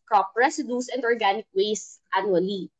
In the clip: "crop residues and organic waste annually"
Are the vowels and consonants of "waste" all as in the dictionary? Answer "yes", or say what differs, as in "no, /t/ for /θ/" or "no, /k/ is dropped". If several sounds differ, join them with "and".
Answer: yes